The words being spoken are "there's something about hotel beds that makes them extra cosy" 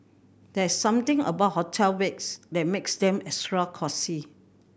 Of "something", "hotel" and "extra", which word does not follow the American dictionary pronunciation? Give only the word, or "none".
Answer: something